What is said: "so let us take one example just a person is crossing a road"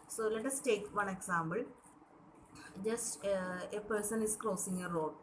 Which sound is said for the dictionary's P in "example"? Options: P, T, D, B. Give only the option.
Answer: B